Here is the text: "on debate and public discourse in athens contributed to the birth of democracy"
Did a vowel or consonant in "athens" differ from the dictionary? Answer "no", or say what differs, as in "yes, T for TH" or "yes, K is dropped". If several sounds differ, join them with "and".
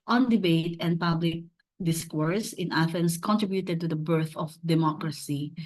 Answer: yes, F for TH and S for Z